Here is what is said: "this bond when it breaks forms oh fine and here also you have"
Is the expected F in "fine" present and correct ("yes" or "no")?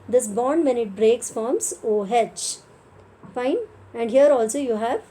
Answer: yes